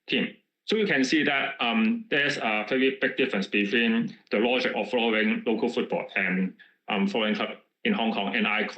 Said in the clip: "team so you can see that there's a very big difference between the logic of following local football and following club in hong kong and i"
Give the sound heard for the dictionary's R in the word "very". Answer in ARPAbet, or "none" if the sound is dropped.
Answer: none